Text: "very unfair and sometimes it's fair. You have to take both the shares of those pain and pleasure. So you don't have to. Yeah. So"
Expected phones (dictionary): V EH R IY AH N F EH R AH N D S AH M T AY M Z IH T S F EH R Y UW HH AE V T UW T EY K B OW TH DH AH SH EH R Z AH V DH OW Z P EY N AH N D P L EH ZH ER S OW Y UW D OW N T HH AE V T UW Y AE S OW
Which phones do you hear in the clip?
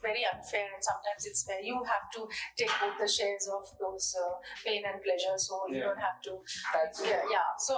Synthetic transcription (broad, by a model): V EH R IY AH N F EH R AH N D S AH M T AY M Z IH T S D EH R Y UW HH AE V T UW T EY K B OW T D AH SH EH R Z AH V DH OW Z P EY N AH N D P L EH ZH ER S OW Y UW D OW N T HH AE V T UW Y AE S OW